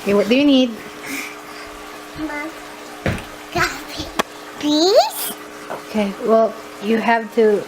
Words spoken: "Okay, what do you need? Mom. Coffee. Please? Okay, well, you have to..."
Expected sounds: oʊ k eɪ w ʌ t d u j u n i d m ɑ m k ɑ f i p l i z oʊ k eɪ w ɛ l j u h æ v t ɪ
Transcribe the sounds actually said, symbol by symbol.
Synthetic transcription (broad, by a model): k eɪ w ʌ t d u j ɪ n i d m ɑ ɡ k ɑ i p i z oʊ k eɪ w ɛ l j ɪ h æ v t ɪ